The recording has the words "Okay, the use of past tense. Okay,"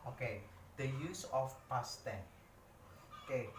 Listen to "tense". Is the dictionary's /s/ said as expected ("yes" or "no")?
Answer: no